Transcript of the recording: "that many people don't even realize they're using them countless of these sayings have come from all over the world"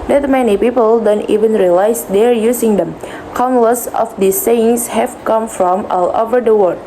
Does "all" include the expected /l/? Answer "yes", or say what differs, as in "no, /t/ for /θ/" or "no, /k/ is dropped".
yes